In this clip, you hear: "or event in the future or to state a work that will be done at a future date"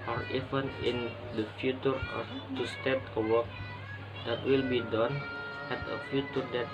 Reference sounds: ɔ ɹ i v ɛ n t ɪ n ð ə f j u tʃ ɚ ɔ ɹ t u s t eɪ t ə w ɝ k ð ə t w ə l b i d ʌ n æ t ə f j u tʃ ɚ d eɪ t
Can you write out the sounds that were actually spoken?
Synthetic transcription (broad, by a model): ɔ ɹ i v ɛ n ɪ n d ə f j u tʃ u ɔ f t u s t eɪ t ə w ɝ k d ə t w ə l b i d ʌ n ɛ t ə f j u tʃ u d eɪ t